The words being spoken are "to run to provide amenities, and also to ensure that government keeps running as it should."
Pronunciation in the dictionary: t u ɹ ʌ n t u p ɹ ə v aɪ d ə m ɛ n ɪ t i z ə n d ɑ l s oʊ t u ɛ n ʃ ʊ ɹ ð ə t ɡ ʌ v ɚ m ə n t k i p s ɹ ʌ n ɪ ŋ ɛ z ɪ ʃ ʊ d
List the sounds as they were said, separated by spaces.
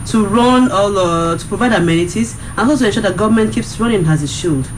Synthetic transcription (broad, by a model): t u ɹ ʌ n t u p ɹ ə v aɪ d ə m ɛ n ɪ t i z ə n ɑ s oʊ t u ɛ n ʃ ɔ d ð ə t ɡ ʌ v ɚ m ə n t k i p s ɹ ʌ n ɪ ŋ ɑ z ɪ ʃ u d